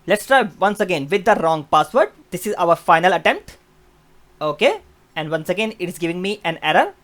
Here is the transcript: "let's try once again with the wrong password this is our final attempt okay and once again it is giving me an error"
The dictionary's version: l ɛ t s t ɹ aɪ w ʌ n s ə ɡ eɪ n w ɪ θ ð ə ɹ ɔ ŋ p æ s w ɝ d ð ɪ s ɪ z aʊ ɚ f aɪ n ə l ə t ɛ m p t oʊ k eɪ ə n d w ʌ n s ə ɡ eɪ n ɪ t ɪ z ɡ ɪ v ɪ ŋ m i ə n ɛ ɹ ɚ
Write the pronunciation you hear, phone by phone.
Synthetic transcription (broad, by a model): l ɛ t s t ɹ aɪ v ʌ n s ə ɡ eɪ n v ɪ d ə ɹ ɔ ŋ p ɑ s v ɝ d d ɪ s ɪ z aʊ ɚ f aɪ n ə l ə t ɛ m p t oʊ k eɪ ə n d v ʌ n s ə ɡ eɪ n ɪ t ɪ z ɡ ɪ v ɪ ŋ m i ə n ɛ ɹ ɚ